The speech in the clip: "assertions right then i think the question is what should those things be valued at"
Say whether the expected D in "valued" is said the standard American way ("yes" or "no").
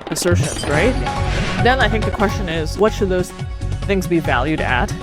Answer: yes